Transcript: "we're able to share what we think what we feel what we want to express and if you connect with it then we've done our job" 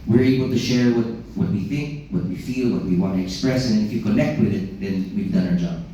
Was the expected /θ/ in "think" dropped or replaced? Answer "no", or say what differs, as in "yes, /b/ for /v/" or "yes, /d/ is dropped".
no